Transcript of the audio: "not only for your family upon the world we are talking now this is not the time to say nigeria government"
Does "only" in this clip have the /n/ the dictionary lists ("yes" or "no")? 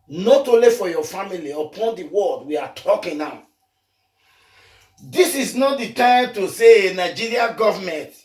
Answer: no